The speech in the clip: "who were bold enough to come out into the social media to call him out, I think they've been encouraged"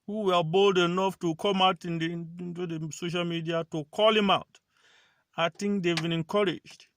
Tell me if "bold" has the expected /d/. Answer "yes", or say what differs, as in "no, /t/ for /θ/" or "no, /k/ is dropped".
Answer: yes